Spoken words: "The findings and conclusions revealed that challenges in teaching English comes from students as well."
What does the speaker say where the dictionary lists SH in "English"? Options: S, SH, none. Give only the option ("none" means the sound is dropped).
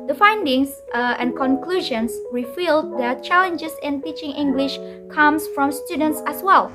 SH